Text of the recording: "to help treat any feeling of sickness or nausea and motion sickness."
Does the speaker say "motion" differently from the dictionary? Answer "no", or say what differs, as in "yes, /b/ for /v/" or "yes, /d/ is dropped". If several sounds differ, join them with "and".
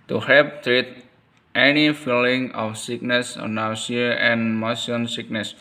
yes, /s/ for /ʃ/